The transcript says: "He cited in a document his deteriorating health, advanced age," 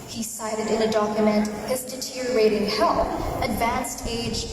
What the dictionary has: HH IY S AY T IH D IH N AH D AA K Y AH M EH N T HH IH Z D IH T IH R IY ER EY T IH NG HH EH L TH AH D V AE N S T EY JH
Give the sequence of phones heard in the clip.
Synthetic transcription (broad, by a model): HH IY S AY T IH D IH N AH D AA K Y AH M EH N T HH IH Z D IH T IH R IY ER EY T IH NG HH EH L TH AH D V AE N S T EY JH